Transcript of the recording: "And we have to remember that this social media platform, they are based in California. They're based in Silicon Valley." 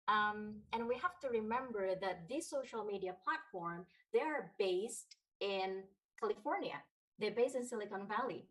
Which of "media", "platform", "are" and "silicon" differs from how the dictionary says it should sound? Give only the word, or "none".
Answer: none